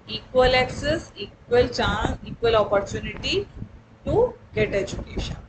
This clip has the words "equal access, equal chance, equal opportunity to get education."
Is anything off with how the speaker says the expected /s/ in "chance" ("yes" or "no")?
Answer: yes